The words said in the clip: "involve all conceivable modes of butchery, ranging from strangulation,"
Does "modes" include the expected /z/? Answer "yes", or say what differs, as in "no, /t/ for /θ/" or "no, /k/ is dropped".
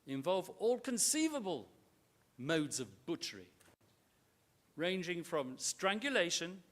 yes